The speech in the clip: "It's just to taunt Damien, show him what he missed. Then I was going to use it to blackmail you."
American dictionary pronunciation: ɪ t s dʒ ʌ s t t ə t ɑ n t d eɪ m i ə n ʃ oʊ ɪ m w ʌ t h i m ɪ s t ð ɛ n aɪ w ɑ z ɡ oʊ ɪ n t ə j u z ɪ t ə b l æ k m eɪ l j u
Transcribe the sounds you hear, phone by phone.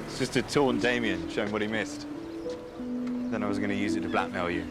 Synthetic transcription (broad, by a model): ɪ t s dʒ ʌ s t t ə t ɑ n d eɪ m i ə n ʃ oʊ ɪ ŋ w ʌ t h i m ɪ s t ð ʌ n aɪ w ɑ z ɡ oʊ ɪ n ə j u z ɪ t ə b l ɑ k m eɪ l j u